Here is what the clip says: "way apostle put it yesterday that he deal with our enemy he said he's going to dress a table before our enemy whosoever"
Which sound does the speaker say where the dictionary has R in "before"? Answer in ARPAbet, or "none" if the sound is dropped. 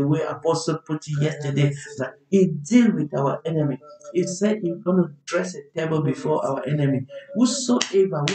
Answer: W